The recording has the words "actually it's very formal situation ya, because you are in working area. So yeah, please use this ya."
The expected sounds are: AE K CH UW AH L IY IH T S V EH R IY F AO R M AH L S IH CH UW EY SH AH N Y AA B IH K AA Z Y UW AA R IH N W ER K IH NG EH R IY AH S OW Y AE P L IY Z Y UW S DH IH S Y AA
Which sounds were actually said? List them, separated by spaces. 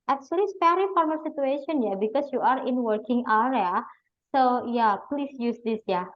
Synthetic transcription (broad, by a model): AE K CH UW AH L IY S P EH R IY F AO R M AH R S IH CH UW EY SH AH N Y AA B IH K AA S Y UW AA R IH N W ER K IH NG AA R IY S OW Y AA P L IY S Y UW S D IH S Y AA